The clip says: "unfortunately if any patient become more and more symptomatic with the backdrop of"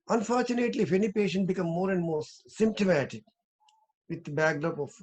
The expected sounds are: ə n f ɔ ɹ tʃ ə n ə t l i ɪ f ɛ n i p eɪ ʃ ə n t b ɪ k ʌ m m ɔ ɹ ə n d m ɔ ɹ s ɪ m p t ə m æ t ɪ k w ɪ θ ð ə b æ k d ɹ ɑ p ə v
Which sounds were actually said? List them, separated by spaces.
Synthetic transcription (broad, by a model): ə n f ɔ ɹ tʃ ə n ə t l i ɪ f ɛ n i p eɪ ʃ ə n t b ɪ k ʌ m m ɔ ɹ ə n d m ɔ ɹ s ɪ m p t ə m æ t ɪ k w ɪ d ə b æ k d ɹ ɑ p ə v